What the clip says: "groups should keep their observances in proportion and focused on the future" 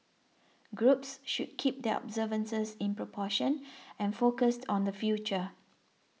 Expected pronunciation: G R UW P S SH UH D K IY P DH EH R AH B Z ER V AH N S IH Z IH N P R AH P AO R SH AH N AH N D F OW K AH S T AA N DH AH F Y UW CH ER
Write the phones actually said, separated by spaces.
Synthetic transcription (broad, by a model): G R UW P S SH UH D K IY P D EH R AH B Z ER V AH N S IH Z IH N P R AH P AO SH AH N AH N F OW K AH S T AA N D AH F Y UW CH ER